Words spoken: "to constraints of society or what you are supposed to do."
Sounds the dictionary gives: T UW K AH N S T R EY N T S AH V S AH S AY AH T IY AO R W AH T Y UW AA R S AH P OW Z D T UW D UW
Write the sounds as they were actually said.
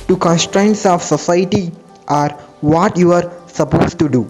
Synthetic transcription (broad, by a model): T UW K AH N S T R EY N T S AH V S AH S AY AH T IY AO R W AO T Y UW AA R S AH P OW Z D T UW D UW